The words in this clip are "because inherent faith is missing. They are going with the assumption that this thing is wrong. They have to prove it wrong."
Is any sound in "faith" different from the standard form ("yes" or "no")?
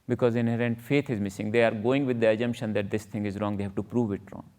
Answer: yes